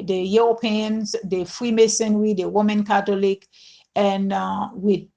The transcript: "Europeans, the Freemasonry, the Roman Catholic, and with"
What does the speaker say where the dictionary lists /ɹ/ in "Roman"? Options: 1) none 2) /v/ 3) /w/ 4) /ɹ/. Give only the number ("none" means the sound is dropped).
3